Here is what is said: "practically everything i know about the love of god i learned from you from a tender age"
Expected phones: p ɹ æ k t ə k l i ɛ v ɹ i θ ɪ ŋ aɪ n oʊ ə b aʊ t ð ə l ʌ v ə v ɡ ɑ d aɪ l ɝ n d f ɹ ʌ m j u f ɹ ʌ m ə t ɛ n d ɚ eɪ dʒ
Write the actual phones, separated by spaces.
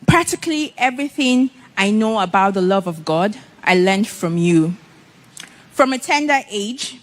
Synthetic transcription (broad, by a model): p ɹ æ k t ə k l i ɛ v ɹ i θ ɪ ŋ aɪ n oʊ ə b aʊ t ð ə l ʌ v ə v ɡ ɑ d aɪ l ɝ n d f ɹ ʌ m j u f ɹ ʌ m ə t ɛ n d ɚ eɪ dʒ